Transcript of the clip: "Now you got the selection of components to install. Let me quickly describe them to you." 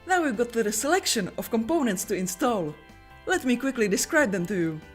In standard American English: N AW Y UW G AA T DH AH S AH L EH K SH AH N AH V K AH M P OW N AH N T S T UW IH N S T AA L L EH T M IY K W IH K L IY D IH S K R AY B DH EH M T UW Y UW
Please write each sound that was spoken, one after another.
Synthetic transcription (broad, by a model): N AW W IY G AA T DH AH S AH L EH K SH AH N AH F K AH M P OW N AH N T S T UW IH N S T AA L L EH T M IY K W IH K L IY D IH S K R AY B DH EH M T UW Y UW